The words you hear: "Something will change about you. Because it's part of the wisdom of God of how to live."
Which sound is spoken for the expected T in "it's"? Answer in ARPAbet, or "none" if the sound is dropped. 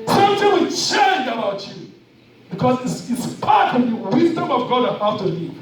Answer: S